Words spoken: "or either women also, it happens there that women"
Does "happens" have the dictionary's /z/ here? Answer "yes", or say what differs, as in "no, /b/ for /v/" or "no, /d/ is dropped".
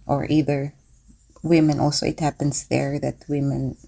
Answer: no, /s/ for /z/